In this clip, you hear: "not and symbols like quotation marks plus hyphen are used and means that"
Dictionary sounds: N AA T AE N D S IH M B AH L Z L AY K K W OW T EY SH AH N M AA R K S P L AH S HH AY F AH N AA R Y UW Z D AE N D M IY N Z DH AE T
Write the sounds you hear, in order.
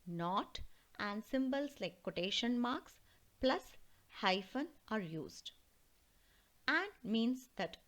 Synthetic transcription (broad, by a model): N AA T AE N D S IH M B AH L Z L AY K K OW T EY SH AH N M AA R K S P L AH S HH AY F AH N AA R Y UW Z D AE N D M IY N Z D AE T